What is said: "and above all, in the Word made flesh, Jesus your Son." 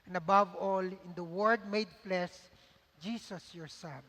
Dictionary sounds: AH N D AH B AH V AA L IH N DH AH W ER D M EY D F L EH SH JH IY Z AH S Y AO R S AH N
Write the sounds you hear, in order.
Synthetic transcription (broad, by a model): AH N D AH B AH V AA L IH N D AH W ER D M EY D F L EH S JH IY S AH S Y AO R S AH N